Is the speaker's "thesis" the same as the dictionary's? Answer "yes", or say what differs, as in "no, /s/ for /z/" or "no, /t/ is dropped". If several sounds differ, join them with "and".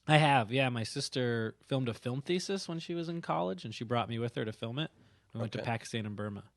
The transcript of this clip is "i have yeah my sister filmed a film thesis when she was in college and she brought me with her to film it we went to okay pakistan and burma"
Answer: yes